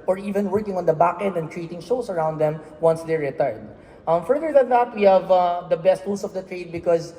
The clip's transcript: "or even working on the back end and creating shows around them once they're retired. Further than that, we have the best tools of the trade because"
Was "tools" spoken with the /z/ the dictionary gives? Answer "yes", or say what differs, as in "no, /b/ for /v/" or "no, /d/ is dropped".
no, /s/ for /z/